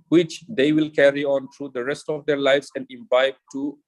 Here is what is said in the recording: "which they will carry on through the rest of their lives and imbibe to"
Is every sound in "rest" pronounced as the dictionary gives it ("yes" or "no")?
yes